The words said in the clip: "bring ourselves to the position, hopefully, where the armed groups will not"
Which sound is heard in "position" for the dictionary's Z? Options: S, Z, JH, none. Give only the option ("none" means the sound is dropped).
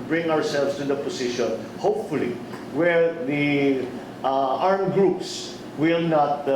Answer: S